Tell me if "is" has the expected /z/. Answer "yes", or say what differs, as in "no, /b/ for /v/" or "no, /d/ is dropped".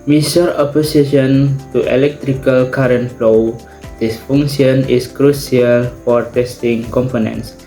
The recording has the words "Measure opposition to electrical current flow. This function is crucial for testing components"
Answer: no, /s/ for /z/